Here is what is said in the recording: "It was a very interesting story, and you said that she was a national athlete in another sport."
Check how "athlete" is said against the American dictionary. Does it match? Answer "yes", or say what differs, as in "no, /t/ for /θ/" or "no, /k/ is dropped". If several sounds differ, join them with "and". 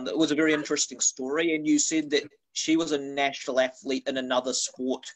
yes